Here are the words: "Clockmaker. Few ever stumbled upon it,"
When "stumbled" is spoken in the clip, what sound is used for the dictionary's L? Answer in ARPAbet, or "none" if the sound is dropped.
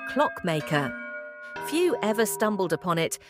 L